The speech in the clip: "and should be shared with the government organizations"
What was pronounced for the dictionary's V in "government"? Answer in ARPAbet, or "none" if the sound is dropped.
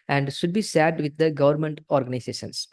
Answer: V